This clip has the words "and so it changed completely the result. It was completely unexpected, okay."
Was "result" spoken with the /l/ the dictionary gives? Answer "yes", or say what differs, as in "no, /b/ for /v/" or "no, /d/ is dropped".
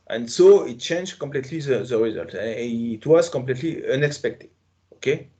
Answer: yes